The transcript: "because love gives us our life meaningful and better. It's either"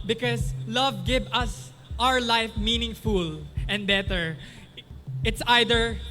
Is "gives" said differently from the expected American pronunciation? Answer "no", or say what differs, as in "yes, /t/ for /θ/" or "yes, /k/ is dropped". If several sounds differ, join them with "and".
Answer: yes, /z/ is dropped